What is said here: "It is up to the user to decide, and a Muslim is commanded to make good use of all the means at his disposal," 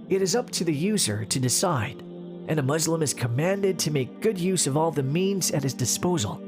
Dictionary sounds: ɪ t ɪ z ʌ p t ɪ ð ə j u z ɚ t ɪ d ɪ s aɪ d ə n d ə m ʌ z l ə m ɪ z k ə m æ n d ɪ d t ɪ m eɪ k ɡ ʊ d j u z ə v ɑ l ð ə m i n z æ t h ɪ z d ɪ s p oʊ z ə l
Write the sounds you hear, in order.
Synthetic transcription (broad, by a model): ɪ t ɪ z ʌ p t ɪ ð ə j u z ɚ t ɪ d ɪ s aɪ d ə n ə m ʌ z l ə m ɪ z k ə m æ n d ɪ d t ɪ m eɪ k ɡ ʊ d j u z ə v ɑ l ð ə m i n z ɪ t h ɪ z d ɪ s p oʊ z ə l